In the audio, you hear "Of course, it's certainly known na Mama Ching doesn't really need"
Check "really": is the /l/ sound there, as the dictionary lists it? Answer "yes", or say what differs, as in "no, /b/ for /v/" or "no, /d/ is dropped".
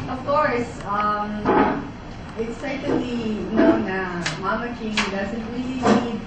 yes